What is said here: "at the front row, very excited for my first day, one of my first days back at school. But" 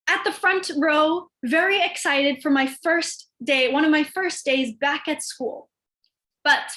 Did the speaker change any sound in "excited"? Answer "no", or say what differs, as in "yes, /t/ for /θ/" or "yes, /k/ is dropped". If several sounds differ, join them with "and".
no